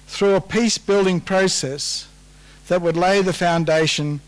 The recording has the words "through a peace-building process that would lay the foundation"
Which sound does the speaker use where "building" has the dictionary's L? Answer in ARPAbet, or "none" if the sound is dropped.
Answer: L